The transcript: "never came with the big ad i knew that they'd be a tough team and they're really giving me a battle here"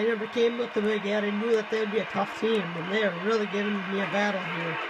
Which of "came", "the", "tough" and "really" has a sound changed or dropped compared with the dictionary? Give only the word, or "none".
none